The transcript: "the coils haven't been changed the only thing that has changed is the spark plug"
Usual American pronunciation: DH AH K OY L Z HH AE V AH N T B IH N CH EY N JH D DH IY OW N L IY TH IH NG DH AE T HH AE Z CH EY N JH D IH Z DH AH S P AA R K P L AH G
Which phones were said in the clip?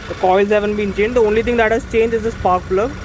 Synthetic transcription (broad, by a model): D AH K OY L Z HH AE V AH N T B IH N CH EY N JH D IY OW N L IY T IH NG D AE T HH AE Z CH EY N JH D IH Z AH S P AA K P L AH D